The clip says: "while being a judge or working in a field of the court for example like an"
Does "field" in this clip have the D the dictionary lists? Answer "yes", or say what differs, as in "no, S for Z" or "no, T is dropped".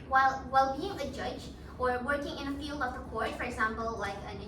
yes